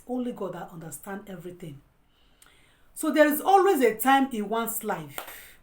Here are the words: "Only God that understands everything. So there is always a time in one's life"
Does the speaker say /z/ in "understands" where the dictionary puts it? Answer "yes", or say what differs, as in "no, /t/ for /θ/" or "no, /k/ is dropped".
no, /z/ is dropped